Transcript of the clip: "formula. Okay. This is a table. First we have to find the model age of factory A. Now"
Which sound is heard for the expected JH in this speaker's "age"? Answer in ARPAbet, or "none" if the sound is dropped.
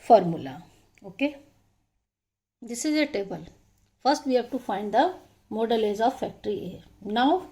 Z